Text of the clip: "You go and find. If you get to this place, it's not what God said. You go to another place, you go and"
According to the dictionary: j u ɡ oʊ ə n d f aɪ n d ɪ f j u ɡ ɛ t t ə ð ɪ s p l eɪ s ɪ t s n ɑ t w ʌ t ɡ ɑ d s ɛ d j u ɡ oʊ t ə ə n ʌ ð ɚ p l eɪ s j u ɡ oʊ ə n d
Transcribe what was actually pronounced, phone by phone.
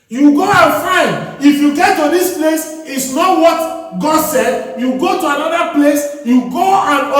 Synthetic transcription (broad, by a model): j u ɡ oʊ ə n f aɪ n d ɪ f j u ɡ ɛ t t ə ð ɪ s p l eɪ s ɪ t s n ɑ t w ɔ t ɡ ɑ d s ɛ d j u ɡ oʊ t ə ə n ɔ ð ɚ p l eɪ s j u ɡ oʊ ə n